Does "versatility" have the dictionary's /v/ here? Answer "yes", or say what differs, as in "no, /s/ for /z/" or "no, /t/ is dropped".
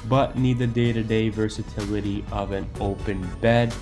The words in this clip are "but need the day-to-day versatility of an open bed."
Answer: yes